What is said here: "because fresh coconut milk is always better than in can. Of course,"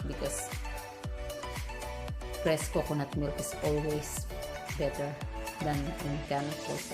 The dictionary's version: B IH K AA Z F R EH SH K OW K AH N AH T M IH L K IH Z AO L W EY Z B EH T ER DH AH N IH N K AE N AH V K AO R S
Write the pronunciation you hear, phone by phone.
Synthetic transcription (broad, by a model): B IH K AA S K R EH S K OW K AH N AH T M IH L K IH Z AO L W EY S B EH T ER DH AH N IH N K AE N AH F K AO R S